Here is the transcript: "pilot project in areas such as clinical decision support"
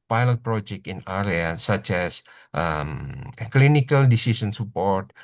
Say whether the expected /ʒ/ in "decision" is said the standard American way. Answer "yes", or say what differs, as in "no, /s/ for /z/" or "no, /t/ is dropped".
no, /s/ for /ʒ/